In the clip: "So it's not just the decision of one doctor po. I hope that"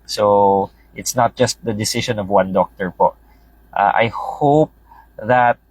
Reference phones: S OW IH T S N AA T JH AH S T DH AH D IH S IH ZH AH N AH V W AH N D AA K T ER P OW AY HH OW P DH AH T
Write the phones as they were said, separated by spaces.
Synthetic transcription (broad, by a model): S OW IH T S N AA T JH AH S T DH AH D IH S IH SH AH N AH V W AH N D AA K T ER P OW AY HH OW P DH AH T